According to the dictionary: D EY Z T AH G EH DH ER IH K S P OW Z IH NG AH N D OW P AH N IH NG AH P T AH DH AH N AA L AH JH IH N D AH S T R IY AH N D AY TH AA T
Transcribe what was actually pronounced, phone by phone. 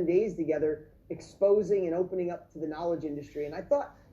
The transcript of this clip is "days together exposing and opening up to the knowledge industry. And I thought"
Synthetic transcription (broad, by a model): D EY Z T AH G EH DH ER IH K S P OW Z IH NG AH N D OW P AH N IH NG AH P T AH DH AH N AA L AH JH IH N D AH S T R IY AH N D AY TH AA T